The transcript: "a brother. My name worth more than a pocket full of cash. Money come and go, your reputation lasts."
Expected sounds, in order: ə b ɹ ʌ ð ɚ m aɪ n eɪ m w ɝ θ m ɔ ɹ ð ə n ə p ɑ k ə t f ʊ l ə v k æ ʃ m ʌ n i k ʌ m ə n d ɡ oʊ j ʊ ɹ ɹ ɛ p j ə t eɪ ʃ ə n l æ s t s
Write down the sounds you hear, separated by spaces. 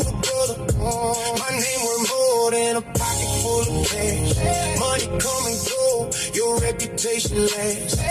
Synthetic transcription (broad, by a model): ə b ʌ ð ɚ m aɪ n eɪ m w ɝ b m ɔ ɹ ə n ə p ɑ k ə t f ʊ l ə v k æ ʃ m ʌ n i k ʌ m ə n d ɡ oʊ j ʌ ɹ ɹ ɛ p j ə t eɪ ʃ ə n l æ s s